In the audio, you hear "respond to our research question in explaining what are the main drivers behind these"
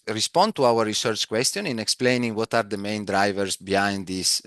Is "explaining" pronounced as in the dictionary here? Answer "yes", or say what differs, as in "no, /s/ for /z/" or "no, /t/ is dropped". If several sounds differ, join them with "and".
yes